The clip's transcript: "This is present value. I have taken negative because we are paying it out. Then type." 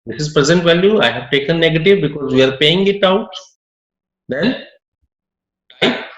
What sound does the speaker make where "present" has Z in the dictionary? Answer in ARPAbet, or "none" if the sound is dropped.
Z